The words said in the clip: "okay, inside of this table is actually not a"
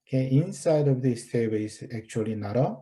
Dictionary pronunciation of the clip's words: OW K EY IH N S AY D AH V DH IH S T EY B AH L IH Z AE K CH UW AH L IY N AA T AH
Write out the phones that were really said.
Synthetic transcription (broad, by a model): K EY IH N S AY D AH V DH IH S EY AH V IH S AE K CH UW AH L IY N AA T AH